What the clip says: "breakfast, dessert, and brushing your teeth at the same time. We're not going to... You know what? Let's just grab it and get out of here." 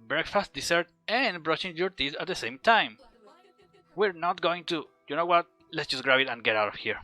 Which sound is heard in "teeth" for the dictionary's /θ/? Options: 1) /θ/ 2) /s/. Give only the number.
2